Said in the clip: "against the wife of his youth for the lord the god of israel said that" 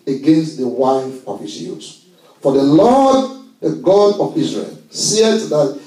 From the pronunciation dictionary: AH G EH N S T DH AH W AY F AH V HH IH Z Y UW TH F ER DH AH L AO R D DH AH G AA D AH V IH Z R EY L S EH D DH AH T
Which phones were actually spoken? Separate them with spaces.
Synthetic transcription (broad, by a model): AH G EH N S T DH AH W AY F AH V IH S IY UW S F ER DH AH L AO D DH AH G AA D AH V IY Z R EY L S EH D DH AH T